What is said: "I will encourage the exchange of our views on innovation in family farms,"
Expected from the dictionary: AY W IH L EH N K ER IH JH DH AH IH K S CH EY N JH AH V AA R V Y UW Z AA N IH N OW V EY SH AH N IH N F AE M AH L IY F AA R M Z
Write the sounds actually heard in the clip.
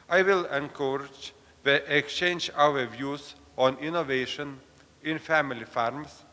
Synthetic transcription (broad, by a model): AY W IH L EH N K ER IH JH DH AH IH K S CH EY N JH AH W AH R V Y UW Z AA N IH N OW V EY SH AH N IH N F AE M AH L IY F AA R M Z